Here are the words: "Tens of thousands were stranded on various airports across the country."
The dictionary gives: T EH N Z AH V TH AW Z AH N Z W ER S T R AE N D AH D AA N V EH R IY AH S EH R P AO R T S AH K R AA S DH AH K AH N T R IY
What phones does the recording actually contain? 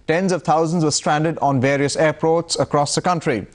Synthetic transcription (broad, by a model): T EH N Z AH V T AW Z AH N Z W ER S T R AE N D AH D AA N V EH R IY AH S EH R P AO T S AH K R AA S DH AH K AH N T R IY